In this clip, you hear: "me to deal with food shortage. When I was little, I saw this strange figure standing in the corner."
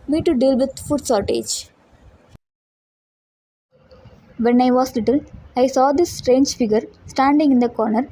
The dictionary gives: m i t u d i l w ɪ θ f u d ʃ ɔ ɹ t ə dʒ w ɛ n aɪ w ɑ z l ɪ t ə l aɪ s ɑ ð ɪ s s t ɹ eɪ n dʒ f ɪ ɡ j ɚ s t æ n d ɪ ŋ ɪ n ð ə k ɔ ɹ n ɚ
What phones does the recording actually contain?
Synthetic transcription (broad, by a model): m i t u d i l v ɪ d f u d s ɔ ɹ t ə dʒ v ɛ n aɪ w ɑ s l ɪ t ə l aɪ s ɑ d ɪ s s t ɹ eɪ n dʒ f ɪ ɡ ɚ s t æ n d ɪ ŋ ɪ n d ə k ɔ ɹ n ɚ